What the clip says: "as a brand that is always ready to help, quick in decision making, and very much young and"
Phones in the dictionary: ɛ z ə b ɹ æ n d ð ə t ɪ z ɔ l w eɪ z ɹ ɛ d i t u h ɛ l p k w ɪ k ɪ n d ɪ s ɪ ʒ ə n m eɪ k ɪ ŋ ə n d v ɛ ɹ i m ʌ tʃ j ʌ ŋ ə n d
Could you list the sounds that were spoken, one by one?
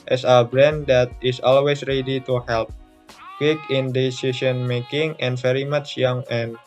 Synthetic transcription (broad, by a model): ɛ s ə b ɹ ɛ n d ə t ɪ s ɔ l w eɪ s ɹ ɛ d i t u h ɛ l p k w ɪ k ɪ n d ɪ s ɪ s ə n m eɪ k ɪ ŋ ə n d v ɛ ɹ i m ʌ tʃ j ʌ ŋ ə n